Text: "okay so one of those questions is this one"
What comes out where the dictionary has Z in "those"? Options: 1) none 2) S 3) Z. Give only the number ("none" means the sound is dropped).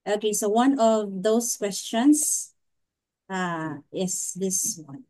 2